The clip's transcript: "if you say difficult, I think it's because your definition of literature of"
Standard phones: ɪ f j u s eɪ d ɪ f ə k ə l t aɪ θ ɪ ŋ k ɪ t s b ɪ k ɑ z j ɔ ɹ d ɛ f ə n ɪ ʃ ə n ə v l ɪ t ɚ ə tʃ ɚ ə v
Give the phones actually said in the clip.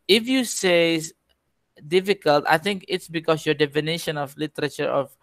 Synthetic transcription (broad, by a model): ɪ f j u s eɪ d ɪ f ə k ə l t aɪ θ ɪ ŋ k ɪ t s b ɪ k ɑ s j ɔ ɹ d ɛ f ə n ɪ ʃ ə n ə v l ɪ t ɚ ə tʃ ɚ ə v